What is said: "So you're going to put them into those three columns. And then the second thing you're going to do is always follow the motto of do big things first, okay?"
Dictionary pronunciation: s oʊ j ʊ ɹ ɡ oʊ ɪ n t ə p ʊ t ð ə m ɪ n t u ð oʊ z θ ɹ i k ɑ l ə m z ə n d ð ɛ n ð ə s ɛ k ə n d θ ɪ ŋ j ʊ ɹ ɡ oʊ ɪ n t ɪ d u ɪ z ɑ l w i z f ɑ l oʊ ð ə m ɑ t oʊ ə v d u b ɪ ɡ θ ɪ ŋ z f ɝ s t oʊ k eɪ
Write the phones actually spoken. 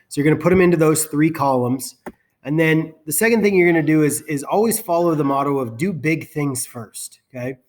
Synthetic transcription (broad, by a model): s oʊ j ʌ ɹ ɡ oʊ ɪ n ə p ʊ t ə m ɪ n t u ð oʊ z θ ɹ i k ɑ l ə m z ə n ð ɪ n ð ə s ɛ k ə n d θ ɪ ŋ j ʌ ɹ ɡ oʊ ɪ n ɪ d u ɪ z ɑ l w i z f ɑ l oʊ ð ə m ɑ t oʊ ə v d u b ɪ ɡ θ ɪ ŋ z f ɝ s t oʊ k eɪ